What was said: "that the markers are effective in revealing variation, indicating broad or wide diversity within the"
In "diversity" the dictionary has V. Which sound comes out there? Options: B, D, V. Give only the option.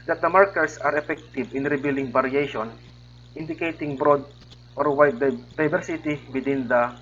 B